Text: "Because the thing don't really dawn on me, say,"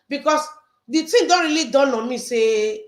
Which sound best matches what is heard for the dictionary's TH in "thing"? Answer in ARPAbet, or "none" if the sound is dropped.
T